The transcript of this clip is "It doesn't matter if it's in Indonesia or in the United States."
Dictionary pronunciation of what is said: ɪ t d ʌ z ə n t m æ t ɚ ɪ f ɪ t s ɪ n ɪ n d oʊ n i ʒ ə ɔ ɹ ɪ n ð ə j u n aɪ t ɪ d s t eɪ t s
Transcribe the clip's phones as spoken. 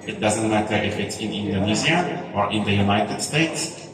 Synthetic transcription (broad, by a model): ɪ t d ʌ z ə n t m æ t ɚ ɪ f ɪ t s ɪ n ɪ n d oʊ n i z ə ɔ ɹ ɪ n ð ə j u n aɪ t ɪ d s t eɪ t s